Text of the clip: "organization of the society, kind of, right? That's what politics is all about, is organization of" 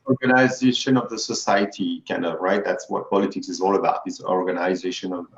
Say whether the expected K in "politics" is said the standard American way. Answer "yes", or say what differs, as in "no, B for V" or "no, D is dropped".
yes